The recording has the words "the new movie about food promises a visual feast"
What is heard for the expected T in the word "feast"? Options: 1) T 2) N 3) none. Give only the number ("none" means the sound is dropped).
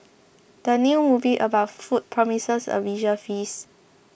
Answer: 3